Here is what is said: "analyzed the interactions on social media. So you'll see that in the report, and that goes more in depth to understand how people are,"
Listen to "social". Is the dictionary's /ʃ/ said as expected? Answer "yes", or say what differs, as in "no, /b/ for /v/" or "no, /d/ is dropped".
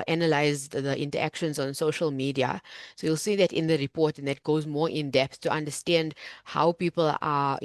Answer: yes